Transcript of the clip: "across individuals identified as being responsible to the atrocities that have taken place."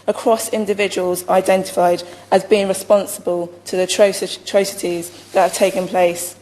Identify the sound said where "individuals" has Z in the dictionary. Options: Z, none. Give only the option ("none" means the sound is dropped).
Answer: Z